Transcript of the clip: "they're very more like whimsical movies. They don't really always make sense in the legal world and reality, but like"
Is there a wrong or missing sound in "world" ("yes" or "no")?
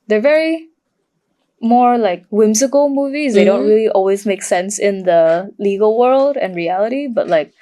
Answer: no